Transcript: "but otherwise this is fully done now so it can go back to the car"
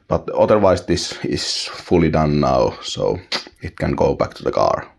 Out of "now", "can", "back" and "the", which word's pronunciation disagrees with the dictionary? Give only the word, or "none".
none